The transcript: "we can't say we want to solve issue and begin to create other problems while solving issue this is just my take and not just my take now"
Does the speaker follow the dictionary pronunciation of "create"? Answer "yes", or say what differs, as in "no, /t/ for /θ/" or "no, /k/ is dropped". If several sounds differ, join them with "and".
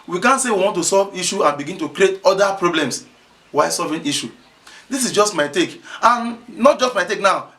yes